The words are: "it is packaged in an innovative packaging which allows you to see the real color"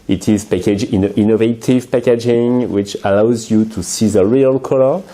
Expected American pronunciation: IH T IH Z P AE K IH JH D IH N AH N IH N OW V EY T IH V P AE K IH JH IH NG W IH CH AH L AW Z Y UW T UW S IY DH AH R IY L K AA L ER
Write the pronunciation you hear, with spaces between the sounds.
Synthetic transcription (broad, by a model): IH T IH Z P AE K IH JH IH N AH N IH N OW V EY T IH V P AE K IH JH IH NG W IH CH AH L AW Z Y UW T UW S IY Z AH R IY L K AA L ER